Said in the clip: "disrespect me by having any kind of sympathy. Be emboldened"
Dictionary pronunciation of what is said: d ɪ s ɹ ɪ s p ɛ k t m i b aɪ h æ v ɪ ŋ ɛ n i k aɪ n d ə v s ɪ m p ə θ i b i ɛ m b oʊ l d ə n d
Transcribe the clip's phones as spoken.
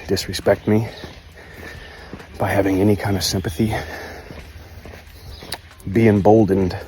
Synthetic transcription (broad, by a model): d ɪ s ɹ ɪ s p ɛ k t m i b aɪ h æ v ɪ ŋ ɛ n i k aɪ n d ə v s ɪ m p ə θ i b i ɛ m b oʊ l d n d